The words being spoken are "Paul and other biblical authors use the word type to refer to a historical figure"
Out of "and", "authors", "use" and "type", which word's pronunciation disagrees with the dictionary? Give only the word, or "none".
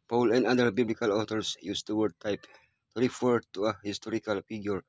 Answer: authors